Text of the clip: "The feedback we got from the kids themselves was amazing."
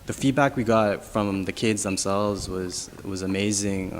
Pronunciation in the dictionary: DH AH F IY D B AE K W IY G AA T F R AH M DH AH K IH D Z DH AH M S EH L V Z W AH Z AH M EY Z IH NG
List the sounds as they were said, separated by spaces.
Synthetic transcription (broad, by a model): DH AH F IY D B AE K W IY G AA T F R AH M DH AH K IH D Z DH AH M S EH L V Z W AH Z AH M EY Z IH NG